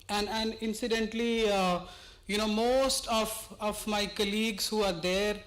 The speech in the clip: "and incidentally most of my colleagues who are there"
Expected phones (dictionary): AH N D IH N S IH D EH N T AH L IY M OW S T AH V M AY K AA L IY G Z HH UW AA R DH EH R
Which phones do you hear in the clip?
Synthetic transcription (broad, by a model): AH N D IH N S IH D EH N T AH N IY M OW S T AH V M AY K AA L IY G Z HH UW AA R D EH R